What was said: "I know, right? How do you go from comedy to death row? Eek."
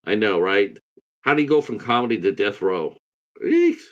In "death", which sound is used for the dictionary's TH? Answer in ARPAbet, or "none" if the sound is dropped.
TH